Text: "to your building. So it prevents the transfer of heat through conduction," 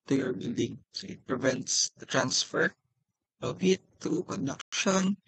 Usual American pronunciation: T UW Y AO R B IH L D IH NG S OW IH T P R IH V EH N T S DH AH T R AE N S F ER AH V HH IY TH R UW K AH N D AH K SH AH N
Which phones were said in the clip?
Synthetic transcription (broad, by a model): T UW Y AO R B IH L D IH NG S OW IH T P R IH V EH N T S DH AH T R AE N S F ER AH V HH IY T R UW K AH N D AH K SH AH N